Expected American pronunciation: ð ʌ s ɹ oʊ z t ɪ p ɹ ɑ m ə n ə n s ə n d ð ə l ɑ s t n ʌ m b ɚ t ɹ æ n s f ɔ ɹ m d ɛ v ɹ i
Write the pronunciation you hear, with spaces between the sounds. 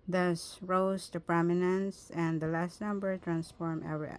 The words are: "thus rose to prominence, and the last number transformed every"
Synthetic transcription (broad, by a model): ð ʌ s ɹ oʊ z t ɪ p ɹ ɑ m ə n ə n s ə n d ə l ɑ s t n ʌ m b ɚ t ɹ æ n s f ɔ ɹ m ɛ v ɹ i